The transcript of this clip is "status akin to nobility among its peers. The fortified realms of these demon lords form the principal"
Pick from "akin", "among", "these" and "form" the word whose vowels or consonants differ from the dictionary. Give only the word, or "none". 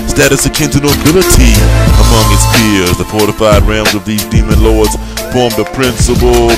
none